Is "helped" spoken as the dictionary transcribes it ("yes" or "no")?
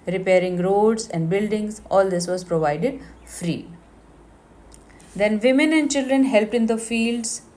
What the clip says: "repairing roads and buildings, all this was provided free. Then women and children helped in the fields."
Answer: yes